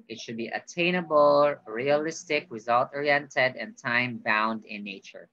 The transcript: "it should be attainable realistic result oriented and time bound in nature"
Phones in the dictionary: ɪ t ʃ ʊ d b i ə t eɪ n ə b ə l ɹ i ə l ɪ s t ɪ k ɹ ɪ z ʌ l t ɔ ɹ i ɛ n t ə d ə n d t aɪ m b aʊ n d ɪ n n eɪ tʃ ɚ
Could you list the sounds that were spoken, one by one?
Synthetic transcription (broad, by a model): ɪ t ʃ ʊ d b i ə t eɪ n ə b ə l ɹ i ə l ɪ s t ɪ k ɹ ɪ z ʌ l t ɔ ɹ i ɛ n t ə d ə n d t aɪ m b aʊ n d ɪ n n eɪ tʃ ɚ